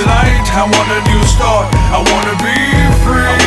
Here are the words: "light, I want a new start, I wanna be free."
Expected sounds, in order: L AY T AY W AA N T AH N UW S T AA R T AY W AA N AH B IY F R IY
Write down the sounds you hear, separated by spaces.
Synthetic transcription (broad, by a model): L AY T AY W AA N AH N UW S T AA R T AY W AA N AH B IY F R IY